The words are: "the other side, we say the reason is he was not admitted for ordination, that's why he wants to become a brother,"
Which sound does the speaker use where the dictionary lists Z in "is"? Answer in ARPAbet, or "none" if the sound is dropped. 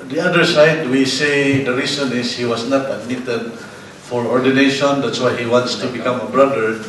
S